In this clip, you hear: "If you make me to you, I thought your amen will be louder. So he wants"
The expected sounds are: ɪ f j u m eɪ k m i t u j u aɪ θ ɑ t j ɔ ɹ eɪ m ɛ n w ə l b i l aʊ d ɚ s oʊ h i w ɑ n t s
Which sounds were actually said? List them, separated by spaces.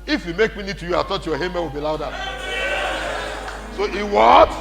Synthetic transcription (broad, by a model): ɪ f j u m eɪ k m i t u j u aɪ t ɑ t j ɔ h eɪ m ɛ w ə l b i l aʊ d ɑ s oʊ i w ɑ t